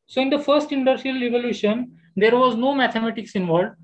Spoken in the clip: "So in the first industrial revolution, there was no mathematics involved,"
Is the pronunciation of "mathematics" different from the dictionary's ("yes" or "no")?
yes